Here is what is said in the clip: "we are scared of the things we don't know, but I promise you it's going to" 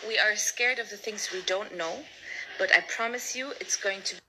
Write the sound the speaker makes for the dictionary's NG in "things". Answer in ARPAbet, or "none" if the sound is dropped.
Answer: NG